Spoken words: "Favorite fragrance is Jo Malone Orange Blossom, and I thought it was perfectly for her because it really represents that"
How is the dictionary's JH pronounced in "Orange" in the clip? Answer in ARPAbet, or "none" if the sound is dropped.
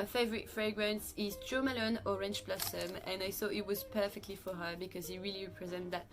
CH